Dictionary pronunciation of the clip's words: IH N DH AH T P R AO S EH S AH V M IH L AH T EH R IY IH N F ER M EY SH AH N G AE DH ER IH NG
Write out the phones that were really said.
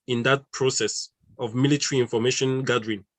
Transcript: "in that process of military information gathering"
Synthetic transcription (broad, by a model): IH N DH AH T P R AO S EH S AH V M IH L AH T EH R IY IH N F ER M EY SH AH N G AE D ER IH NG